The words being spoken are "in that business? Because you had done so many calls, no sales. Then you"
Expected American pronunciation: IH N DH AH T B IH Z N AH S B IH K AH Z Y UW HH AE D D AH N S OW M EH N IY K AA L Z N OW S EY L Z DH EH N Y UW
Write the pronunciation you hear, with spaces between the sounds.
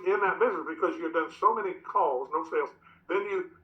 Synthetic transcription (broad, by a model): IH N DH AH T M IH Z AH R B IH K AH Z Y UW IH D D AH N S OW M EH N IY K AA L Z N OW S EY L Z DH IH N Y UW